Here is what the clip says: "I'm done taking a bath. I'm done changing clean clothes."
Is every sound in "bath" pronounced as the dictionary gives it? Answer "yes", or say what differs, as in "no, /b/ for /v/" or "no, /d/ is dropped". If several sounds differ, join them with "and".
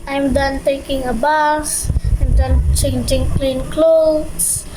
no, /s/ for /θ/